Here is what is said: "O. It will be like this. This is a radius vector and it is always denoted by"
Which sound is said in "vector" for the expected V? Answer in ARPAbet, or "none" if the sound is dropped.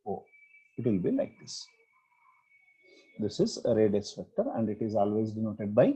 P